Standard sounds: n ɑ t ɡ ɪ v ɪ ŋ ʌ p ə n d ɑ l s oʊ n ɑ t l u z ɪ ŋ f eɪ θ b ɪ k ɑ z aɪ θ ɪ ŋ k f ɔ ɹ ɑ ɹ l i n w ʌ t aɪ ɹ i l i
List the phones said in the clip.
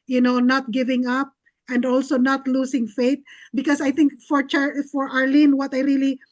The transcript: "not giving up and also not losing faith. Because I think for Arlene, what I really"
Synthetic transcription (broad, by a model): n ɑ t ɡ ɪ v ɪ ŋ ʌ p ə n d ɑ l s oʊ n ɑ t l u s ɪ ŋ f eɪ t b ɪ k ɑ s aɪ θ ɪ ŋ k f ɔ ɹ ɑ ɹ l i n w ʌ t aɪ ɹ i l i